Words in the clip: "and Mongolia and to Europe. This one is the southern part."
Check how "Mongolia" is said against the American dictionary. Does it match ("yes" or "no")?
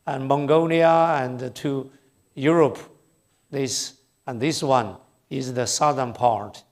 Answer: no